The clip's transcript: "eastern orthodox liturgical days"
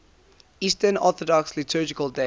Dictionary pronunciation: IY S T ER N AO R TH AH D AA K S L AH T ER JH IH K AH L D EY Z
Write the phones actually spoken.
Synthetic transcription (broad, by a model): IY S T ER N AO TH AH D AA K S L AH T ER JH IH K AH L D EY